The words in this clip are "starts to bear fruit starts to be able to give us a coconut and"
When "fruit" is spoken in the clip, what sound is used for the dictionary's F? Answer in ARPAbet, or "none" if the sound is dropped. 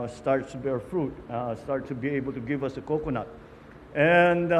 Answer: F